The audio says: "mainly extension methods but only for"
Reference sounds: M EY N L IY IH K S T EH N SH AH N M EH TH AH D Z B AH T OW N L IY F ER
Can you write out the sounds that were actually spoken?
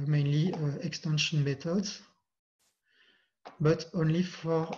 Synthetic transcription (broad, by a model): M EY N L IY IH K S T EH N SH AH N M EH T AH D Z B AH T OW N L IY F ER